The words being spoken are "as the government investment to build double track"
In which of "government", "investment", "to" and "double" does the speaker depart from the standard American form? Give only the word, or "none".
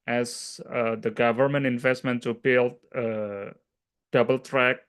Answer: to